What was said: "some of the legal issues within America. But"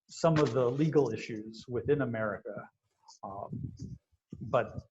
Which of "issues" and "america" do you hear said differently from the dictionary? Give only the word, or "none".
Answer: none